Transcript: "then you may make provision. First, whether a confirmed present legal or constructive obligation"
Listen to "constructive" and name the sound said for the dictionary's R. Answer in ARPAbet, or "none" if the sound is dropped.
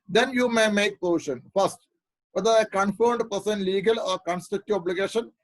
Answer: none